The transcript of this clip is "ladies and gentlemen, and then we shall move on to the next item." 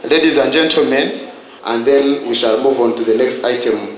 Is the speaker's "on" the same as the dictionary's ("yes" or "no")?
yes